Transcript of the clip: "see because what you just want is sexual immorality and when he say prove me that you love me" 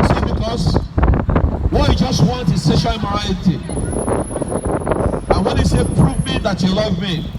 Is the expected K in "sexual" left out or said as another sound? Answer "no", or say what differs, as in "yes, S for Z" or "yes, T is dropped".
yes, K is dropped